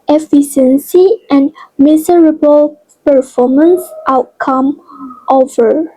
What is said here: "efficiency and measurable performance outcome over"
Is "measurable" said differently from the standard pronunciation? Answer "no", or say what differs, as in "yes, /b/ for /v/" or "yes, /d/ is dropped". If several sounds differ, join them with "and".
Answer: yes, /s/ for /ʒ/